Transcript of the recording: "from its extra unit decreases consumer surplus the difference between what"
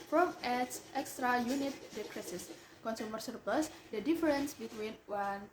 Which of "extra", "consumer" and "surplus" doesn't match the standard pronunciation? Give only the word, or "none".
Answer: none